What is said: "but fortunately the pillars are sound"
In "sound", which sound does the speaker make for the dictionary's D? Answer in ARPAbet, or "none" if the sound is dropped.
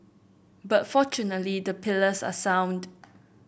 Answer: D